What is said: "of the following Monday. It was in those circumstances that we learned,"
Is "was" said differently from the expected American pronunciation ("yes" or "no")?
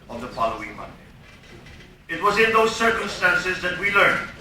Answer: no